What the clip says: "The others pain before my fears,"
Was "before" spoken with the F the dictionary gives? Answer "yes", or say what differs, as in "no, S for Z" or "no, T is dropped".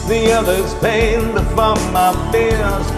no, P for F